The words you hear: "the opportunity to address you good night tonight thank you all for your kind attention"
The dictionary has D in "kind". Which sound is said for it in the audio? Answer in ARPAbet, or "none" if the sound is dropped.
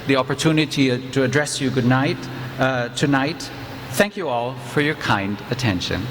D